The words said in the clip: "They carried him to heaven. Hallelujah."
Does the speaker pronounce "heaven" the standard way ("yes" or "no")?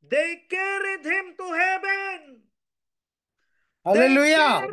no